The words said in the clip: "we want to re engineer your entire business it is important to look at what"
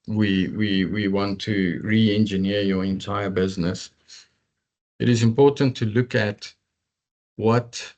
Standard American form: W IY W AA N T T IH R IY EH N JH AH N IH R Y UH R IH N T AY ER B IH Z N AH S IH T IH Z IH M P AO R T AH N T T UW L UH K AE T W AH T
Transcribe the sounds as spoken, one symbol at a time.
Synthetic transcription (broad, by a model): W IY W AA N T T IH R IY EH N JH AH N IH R Y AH R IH N T AY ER B IH Z N AH S IH T IH Z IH M P AO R T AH N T T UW L UH K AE T W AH T